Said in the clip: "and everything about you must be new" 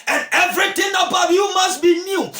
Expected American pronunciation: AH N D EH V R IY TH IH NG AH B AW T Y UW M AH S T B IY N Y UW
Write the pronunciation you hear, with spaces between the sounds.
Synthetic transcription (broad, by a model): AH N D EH V R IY T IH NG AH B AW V Y UW M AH S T B IY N Y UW